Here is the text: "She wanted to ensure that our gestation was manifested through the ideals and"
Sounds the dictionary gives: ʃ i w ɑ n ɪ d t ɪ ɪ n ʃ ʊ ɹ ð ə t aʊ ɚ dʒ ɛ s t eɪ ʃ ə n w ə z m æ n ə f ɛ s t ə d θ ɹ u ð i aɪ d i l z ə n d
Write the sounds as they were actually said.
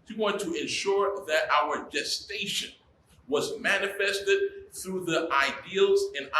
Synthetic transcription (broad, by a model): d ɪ w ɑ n t ɪ ɪ n ʃ ʊ ɹ ð ə t aʊ ɚ dʒ ɛ s t eɪ ʃ ə n w ə z m æ n ə f ɛ s t ə d θ ɹ u ð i aɪ d i l z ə n